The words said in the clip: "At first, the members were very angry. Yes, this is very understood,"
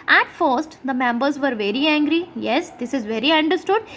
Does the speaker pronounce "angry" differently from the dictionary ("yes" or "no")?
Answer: no